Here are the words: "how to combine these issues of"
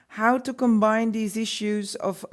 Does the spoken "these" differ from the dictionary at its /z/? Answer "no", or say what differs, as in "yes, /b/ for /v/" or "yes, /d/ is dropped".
no